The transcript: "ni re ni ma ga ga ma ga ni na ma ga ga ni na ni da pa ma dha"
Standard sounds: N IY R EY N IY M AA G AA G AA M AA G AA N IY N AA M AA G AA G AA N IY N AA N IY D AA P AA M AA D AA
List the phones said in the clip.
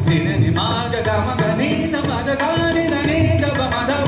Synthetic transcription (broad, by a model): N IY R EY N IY M AA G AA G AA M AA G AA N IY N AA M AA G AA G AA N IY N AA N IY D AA B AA M AA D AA